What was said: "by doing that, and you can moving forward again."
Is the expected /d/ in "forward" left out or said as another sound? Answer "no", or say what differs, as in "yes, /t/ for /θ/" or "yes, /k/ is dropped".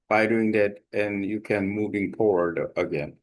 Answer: no